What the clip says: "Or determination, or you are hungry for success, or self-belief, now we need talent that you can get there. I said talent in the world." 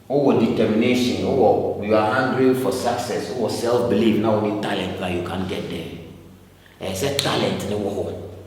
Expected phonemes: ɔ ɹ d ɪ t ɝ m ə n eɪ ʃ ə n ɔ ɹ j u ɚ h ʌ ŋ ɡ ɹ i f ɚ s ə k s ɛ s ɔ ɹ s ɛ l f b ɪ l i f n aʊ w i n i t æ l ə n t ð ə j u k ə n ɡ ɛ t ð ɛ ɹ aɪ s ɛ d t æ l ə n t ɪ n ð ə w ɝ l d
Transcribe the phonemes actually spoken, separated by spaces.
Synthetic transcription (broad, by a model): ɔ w d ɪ t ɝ m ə n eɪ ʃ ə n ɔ w j u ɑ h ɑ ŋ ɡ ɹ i f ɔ s ə k s ɛ s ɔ w s ɛ l f b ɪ l i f n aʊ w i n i t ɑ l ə n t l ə j u k ə n ɡ ɛ t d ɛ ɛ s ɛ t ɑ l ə n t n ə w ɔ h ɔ